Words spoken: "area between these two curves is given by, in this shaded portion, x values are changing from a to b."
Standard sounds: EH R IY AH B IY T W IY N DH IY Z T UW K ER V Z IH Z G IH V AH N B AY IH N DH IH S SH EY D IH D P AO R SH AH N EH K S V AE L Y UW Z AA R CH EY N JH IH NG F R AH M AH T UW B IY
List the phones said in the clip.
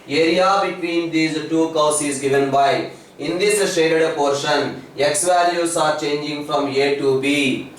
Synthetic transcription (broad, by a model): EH R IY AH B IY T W IY N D IY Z T UW K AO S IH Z G IH V AH N B AY IH N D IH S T EY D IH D P AO R SH AH N EH K S V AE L Y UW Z AA R CH EY N JH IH NG F R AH M AH T UW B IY